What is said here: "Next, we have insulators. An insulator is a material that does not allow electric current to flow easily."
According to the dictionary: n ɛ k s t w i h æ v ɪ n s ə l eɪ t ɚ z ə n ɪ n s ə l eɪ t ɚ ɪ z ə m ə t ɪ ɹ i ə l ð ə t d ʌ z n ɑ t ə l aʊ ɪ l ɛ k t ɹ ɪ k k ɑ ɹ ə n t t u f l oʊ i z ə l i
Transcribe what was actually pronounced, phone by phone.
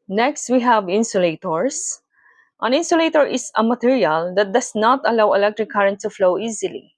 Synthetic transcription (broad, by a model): n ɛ k s t w i h æ v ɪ n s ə l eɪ t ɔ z ə n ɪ n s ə l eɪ t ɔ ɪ s ə m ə t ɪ ɹ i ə l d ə t d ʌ s n ɑ t ə l aʊ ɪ l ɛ k t ɹ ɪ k k ɑ ɹ ə n t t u f l oʊ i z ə l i